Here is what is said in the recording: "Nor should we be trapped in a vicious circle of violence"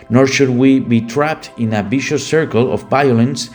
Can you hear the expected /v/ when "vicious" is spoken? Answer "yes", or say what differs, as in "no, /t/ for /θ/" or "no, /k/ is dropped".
no, /b/ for /v/